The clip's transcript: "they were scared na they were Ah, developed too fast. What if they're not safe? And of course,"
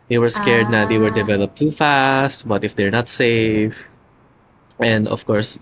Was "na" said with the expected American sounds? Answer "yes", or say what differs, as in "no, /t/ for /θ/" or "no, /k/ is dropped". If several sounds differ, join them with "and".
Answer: yes